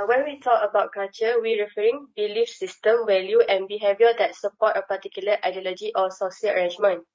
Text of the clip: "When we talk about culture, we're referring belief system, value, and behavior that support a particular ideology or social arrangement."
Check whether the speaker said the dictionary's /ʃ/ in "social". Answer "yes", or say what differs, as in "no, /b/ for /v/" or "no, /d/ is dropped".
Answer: no, /s/ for /ʃ/